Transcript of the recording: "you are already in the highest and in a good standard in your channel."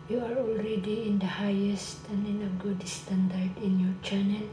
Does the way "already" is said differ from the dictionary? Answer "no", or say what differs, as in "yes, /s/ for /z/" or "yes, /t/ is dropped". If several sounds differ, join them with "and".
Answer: no